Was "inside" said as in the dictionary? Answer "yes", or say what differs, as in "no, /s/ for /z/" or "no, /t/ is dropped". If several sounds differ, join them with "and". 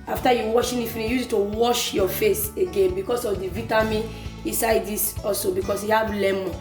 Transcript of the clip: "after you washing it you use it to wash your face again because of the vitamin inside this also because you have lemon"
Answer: yes